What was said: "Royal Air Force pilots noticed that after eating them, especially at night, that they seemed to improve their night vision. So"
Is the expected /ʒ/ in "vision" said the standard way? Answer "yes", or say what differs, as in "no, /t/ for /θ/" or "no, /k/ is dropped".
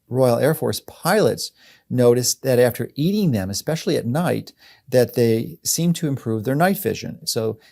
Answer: yes